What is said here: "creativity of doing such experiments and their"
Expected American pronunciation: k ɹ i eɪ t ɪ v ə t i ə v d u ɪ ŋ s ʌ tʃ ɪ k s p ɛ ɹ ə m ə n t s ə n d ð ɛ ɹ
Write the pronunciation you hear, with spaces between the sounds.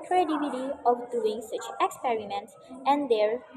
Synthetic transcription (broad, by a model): k ɹ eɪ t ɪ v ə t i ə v d u ɪ ŋ s ʌ tʃ ɪ k s p ɛ ɹ ə m ə n t s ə n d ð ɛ ɹ